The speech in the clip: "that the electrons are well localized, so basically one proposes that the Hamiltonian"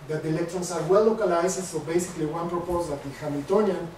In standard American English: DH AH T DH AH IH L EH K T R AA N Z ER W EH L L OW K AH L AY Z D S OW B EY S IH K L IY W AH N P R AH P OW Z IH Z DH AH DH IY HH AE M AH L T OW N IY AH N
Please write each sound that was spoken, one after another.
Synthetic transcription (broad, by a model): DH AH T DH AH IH L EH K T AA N S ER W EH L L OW K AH L AY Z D S OW B EY S IH K L IY W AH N P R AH P OW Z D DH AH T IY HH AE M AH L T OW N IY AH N